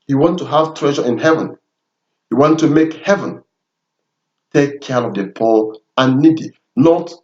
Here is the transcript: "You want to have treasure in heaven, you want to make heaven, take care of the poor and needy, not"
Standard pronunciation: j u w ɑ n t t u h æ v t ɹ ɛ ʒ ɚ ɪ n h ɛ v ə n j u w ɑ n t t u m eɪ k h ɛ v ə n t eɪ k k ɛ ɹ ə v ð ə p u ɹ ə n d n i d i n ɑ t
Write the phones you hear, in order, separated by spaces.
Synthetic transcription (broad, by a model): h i w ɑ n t t u h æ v t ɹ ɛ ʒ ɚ ɪ n h ɛ v ə n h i w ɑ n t t u m eɪ k h ɛ v ə n t eɪ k k ɛ ɹ ə v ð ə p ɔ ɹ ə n n i d i n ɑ t